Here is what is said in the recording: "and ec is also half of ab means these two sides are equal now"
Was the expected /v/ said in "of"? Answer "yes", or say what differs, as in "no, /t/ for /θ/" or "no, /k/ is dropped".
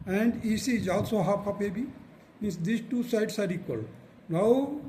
no, /p/ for /v/